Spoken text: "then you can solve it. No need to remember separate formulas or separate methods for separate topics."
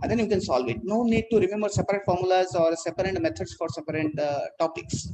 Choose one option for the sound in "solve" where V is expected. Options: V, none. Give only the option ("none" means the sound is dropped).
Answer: V